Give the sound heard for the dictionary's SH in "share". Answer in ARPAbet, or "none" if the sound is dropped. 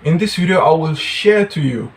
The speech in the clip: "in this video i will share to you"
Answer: SH